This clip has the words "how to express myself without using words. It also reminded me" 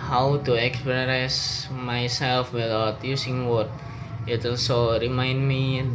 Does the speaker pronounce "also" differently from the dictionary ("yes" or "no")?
yes